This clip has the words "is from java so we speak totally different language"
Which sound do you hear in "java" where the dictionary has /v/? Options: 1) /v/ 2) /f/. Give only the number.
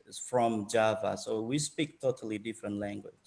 1